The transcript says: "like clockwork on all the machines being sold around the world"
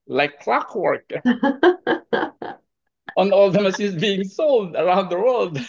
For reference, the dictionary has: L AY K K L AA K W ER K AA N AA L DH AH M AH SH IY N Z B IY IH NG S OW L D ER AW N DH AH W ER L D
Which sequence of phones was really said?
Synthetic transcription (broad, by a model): L AY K K L AA K W ER K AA N AA L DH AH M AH S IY Z B IY IH NG S OW L D ER AW N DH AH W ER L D